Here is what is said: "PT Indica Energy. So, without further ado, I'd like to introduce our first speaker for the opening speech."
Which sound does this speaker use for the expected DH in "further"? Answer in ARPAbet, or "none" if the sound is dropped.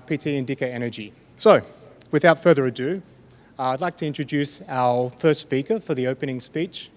DH